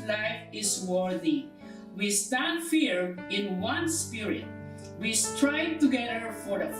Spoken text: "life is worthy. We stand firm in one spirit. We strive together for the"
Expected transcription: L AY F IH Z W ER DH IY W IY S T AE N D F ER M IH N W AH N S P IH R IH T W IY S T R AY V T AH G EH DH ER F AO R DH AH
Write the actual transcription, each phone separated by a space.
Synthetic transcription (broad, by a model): L AY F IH S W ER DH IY W IY S T AE N D F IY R IH N W AH N S P IH R IH T W IY S T R AY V T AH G EH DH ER F AO R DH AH